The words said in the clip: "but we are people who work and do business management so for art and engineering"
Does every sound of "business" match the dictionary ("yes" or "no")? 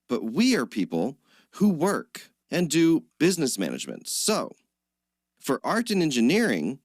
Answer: yes